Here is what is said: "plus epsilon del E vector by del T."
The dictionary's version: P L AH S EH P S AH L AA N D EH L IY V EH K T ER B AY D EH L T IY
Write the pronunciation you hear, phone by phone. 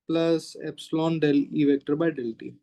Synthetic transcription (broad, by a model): P L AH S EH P S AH L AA N D EH L IY V EH K T ER B AY D EH L T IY